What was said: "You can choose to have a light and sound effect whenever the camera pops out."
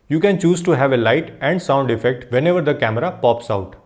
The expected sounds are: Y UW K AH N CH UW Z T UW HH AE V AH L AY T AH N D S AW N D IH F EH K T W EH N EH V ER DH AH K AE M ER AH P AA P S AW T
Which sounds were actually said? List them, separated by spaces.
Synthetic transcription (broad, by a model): Y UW K AH N CH UW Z T UW HH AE V AH L AY T AH N D S AW N D IH F EH K T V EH N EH V ER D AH K AE M ER AH P AA P S AW T